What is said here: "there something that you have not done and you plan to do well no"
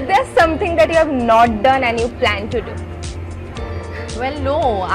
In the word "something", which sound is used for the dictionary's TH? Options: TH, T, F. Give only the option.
T